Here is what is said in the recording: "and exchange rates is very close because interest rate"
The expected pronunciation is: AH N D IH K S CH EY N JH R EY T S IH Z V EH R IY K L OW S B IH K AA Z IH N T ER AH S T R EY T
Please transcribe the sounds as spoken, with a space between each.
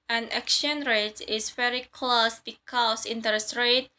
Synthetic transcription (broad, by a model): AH N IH K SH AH N R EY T IH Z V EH R IY K L OW S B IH K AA S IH N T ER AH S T R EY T